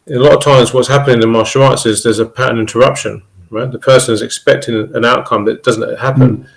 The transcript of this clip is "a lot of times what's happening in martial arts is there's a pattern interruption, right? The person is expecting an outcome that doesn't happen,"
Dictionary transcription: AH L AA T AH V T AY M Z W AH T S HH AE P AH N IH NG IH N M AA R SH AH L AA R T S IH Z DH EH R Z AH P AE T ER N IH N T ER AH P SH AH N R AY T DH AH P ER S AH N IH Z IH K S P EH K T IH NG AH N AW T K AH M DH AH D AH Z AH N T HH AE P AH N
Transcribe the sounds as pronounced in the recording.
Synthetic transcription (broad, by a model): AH L AA T AH V T AY M Z W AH T S HH AE P AH N IH NG IH N M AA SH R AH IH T S IH Z DH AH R Z AH P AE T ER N IH N T ER AH P SH AH N R AY T DH AH P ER S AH N IH Z IH K S P EH K T IH NG AH N AW T K AH M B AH D AH Z AH N T HH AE P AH N